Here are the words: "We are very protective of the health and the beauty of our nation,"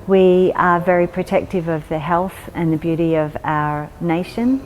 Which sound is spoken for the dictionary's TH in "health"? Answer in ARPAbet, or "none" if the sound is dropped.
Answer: TH